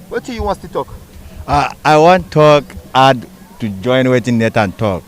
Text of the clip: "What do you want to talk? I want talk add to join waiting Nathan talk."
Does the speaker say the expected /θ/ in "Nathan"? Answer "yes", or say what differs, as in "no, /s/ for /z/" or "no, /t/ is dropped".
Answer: no, /t/ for /θ/